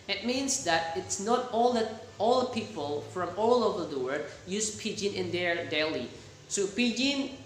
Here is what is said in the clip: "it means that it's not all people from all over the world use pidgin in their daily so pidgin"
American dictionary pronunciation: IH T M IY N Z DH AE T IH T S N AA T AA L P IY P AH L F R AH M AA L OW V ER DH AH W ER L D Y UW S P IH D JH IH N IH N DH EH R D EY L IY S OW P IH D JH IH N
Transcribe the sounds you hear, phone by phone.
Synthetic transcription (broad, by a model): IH T M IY N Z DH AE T IH T S N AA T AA L P IY P AH L F R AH M AA L OW V ER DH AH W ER D Y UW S P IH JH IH N IH N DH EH R D EY L IY S OW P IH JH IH N